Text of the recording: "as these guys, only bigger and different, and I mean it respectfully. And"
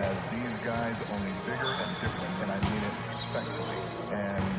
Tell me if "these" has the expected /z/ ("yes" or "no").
yes